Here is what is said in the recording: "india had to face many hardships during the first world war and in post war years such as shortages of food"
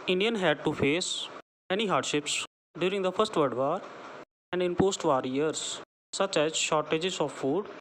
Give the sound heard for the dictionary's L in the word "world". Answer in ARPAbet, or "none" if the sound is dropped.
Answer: none